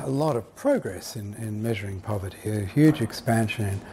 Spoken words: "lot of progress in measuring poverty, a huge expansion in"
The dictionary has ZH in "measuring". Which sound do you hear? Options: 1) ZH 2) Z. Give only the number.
1